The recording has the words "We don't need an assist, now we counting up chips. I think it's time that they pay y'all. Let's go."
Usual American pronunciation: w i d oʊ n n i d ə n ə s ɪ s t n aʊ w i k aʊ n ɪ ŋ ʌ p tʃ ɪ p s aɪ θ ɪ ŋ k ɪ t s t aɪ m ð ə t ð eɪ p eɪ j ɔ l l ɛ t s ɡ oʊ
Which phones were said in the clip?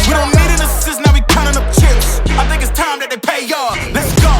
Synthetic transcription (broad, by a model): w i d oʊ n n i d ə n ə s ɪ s n aʊ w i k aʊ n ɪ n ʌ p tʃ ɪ s aɪ θ ɪ ŋ k ɪ t s t aɪ m ð ə t ð eɪ p eɪ j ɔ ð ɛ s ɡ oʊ